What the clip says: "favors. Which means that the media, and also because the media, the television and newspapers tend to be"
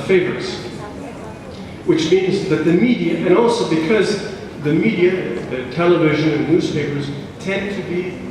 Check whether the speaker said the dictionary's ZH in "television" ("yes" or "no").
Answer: yes